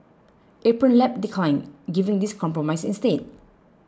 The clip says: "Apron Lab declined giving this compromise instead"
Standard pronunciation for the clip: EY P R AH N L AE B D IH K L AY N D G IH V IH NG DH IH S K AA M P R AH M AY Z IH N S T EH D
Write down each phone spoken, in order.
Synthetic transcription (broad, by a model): EY P R AH N L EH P D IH K L AY N G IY V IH NG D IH S K AA M P R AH M AY S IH N S T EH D